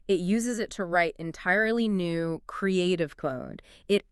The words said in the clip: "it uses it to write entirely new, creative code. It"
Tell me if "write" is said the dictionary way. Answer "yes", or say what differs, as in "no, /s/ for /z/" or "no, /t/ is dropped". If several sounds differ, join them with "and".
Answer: yes